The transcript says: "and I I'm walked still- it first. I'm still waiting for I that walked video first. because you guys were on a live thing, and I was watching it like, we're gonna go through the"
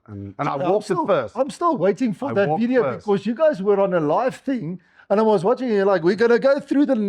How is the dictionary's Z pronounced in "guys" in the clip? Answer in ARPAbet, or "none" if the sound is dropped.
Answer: Z